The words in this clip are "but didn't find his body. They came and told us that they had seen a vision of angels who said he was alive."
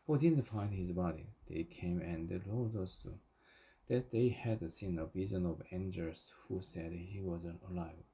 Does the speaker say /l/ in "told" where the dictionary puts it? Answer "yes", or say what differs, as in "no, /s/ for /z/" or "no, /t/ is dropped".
no, /l/ is dropped